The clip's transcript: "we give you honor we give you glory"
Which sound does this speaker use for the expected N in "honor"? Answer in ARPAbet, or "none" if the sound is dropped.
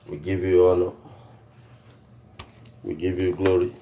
L